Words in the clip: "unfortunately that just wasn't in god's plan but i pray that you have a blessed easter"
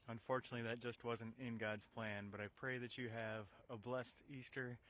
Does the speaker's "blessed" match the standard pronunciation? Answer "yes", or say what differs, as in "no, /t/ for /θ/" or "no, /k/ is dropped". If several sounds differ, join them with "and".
yes